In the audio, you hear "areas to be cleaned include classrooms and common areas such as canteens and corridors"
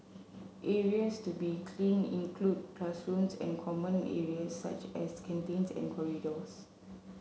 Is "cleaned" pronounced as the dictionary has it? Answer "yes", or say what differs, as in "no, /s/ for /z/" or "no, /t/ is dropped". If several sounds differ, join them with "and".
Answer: no, /d/ is dropped